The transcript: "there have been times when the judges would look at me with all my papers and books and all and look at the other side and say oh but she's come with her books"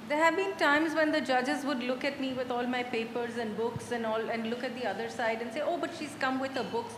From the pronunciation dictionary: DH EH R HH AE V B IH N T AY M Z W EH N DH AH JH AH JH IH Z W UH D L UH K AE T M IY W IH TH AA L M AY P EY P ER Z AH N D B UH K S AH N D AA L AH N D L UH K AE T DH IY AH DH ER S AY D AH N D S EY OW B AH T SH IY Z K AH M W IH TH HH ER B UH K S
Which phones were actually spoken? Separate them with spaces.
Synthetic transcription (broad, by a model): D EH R HH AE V B IH N T AY M Z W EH N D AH JH AH JH IH Z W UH D L UH K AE T M IY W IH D AA L M AY P EY P ER Z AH N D B UH K S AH N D AA L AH N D L UH K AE T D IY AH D ER S AY D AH N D S EY OW B AH T SH IY Z K AH M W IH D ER B UH K S